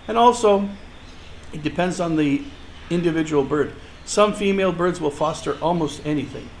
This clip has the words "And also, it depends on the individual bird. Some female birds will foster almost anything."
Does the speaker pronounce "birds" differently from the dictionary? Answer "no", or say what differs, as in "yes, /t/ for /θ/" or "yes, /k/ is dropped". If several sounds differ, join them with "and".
no